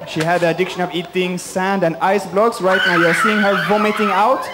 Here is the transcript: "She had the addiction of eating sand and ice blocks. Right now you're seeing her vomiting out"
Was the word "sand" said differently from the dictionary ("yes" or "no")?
no